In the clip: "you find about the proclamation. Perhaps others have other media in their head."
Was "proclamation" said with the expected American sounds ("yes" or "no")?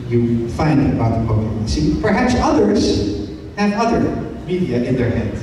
no